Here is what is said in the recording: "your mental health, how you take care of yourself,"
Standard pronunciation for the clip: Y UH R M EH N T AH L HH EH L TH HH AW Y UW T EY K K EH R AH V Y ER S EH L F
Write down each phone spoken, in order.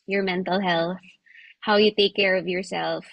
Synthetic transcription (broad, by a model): Y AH R M EH N T AH L HH EH L TH HH AW Y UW T EY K K EH R AH V Y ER S EH L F